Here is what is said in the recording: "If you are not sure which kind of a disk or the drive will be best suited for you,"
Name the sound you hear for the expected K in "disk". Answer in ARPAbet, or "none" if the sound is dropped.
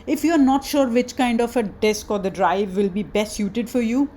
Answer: K